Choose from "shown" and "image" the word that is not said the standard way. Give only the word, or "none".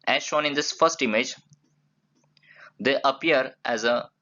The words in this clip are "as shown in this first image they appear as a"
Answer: none